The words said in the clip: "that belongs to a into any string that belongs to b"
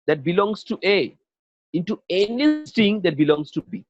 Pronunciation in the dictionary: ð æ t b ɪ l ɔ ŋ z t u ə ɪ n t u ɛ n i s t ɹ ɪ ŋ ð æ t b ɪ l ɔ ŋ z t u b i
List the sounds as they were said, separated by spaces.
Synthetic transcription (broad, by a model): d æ t b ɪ l ɔ ŋ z t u ə ɪ n t u ɛ n i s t ɪ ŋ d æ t b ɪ l ɔ ŋ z t u b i